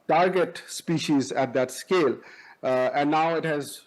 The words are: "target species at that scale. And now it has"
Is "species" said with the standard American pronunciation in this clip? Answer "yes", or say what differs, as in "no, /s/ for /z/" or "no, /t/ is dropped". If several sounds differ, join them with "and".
yes